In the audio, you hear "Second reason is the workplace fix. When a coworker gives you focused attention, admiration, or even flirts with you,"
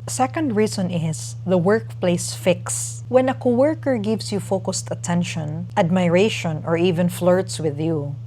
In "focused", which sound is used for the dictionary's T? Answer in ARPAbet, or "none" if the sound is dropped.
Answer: T